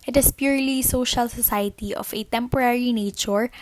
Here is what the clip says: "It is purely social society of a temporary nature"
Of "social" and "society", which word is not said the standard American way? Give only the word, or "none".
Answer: none